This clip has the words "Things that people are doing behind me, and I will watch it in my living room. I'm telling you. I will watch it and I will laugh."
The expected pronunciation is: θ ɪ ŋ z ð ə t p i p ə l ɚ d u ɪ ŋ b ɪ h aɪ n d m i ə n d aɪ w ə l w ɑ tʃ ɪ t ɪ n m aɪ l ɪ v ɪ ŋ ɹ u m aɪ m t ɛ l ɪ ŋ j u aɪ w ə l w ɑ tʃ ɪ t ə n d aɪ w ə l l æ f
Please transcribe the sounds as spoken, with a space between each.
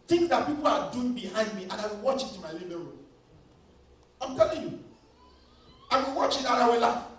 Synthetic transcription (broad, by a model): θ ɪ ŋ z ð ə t p i p ə l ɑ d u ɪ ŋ b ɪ h aɪ n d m i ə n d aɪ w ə w ɑ tʃ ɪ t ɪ m aɪ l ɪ b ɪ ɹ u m aɪ m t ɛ l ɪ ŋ j u aɪ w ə w ɑ tʃ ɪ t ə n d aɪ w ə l l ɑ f